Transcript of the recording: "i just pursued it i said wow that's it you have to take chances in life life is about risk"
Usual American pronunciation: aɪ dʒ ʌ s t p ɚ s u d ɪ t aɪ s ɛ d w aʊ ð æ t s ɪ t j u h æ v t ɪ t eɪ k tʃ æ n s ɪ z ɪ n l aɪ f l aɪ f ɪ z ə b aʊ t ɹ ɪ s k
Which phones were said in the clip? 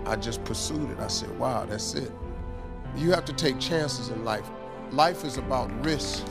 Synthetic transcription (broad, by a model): aɪ dʒ ʌ s p ɚ s u d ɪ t aɪ s ɛ d w aʊ ð æ t s ɪ t j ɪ h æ f t ɪ t eɪ k tʃ æ n s ɪ z ɪ n l aɪ f l aɪ f ɪ z ə b aʊ t ɹ ɪ s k